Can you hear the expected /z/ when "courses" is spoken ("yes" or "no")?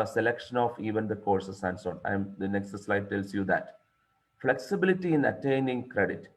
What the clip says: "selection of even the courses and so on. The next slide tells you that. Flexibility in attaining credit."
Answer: no